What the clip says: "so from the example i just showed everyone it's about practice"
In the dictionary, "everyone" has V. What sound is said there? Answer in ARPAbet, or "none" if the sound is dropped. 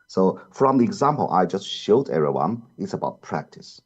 none